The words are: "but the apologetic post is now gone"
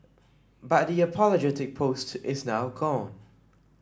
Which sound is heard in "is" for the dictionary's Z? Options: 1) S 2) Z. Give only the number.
2